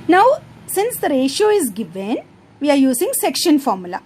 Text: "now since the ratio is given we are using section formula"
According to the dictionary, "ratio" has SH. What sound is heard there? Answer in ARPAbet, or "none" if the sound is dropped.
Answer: SH